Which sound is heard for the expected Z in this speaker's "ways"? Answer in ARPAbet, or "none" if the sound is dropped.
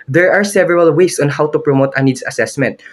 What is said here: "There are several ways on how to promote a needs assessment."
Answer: S